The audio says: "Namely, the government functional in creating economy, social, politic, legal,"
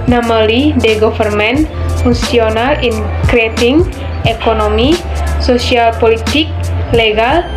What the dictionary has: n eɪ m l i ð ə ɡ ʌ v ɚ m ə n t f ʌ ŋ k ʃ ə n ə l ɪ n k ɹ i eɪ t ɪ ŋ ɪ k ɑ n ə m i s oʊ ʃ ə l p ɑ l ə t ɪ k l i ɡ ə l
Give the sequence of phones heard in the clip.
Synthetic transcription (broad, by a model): n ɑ m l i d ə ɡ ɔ f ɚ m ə n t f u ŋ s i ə n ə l ɪ n k ɹ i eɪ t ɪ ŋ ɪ k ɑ n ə m i s oʊ s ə l p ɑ l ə t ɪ k l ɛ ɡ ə l